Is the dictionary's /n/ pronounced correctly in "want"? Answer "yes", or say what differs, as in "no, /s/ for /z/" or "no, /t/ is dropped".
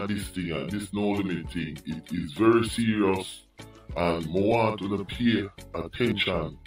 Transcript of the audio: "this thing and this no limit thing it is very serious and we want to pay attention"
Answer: no, /n/ is dropped